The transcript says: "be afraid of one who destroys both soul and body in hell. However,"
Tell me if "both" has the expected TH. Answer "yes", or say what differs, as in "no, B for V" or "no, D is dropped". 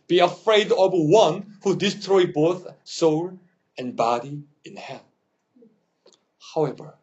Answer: yes